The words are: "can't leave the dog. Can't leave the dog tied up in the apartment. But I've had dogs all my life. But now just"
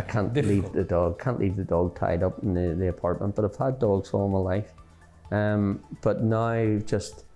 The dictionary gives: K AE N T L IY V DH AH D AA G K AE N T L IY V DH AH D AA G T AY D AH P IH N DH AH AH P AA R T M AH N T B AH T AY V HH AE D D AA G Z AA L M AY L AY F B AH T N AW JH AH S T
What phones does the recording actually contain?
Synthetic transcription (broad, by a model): K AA N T L IY V DH AH D AA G K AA N T L IY V DH AH D AA G T AY D AH P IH N DH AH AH P AA R T M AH N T B AH T AY V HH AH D D AA G Z AA L M AY L AY F B AH T N AW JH AH S T